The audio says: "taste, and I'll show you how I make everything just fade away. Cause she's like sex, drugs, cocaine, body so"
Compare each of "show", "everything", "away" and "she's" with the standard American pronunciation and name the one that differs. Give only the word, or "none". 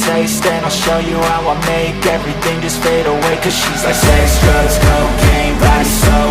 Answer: none